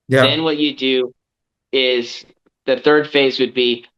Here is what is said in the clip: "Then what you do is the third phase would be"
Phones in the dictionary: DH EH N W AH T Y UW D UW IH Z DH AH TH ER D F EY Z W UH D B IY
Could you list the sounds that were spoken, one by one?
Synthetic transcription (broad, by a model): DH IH N W AH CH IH D UW IH Z DH AH TH ER D F EY Z W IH D B IY